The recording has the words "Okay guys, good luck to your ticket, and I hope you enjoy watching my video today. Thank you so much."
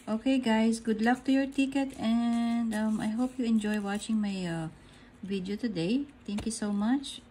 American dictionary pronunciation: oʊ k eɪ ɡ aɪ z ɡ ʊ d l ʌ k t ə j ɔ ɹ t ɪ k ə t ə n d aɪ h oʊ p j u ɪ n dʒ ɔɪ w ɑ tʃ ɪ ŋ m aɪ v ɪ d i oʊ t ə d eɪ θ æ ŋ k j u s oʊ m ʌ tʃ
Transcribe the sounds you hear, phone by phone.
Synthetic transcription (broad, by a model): oʊ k eɪ ɡ aɪ s ɡ ʊ d l ʌ k t ə j ɔ ɹ t ɪ k ə t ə n d aɪ h oʊ p j u ɪ n dʒ ɔɪ w ɑ tʃ ɪ ŋ m aɪ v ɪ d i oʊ t ə d eɪ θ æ ŋ k j u s oʊ m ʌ tʃ